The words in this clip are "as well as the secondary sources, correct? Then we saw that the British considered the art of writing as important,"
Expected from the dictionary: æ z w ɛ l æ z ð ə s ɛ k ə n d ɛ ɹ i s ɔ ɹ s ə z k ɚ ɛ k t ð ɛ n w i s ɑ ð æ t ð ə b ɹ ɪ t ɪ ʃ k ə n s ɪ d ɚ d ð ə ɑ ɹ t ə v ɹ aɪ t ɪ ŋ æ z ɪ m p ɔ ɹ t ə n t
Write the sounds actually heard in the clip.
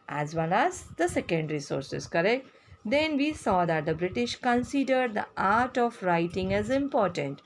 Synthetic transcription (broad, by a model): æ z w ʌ n æ z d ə s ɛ k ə n d ɹ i s ɔ ɹ s ə z k ɚ ɛ k t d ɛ n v i s ɑ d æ t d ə b ɹ ɪ t ɪ ʃ k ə n s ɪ d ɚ d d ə ɑ ɹ t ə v ɹ aɪ t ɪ ŋ æ z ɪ m p ɔ ɹ t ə n t